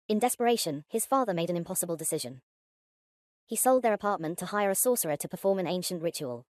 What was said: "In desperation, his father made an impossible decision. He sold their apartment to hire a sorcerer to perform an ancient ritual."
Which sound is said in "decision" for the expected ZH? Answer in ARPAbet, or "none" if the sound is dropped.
ZH